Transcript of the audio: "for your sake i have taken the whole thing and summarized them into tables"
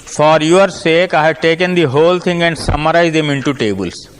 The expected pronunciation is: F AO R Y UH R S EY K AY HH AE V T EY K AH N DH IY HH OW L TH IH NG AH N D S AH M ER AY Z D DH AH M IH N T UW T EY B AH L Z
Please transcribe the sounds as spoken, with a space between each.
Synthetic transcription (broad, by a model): F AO R Y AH R S EY K AY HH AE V T EY K AH N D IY HH OW L T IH NG AH N D S AH M ER AY Z D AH M IH N T UW T EY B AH L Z